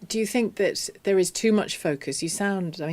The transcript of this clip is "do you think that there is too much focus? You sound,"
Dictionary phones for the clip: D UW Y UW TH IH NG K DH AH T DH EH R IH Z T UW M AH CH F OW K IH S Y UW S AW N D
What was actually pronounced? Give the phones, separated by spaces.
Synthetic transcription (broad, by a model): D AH Y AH TH IH NG K DH AH T DH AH R IH Z T UW M AH CH F OW K IH S Y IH S AW N D